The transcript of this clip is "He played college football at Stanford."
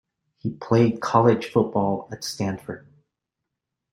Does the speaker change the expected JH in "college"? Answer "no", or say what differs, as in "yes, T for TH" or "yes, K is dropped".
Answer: yes, ZH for JH